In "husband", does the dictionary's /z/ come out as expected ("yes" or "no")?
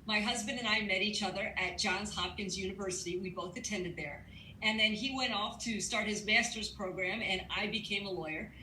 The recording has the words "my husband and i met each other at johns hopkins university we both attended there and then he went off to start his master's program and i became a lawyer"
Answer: yes